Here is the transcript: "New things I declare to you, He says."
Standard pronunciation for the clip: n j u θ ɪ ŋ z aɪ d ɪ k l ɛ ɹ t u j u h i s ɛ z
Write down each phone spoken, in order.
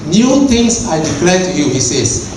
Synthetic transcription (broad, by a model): n j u t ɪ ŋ s aɪ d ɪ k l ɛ t u j u h i s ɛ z